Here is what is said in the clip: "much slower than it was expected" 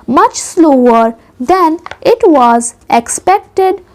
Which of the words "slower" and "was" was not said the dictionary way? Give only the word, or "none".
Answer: none